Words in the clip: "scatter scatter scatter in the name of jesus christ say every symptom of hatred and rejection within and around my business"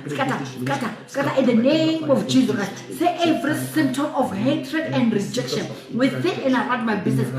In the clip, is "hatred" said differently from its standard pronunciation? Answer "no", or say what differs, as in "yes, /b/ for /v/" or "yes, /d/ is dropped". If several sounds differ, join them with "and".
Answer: no